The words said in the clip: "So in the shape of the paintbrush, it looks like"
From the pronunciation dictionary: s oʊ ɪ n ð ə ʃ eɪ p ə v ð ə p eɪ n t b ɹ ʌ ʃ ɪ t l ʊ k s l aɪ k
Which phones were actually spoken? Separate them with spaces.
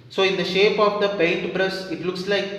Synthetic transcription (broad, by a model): s oʊ ɪ n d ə ʃ eɪ p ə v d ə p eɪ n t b ɹ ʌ s ɪ t l ʊ k s l aɪ k